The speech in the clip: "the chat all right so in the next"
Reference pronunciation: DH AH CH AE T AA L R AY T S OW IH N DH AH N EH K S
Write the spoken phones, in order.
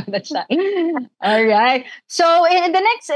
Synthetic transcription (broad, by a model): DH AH S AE T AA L R AY T S OW IH N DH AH N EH K S